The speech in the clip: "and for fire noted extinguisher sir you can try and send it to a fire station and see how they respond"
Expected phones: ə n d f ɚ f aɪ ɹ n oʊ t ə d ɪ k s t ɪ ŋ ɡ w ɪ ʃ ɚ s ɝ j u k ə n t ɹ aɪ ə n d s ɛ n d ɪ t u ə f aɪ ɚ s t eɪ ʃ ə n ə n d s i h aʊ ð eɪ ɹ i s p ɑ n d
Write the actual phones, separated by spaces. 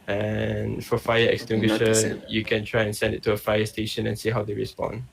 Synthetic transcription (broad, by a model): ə n f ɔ f aɪ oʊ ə ɪ k s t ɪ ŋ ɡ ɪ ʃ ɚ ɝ j u k ə n t ɹ aɪ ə n s ɛ n d ɪ t u ə f aɪ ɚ s t eɪ ʃ ə n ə n s i h aʊ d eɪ ɹ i s p ɑ n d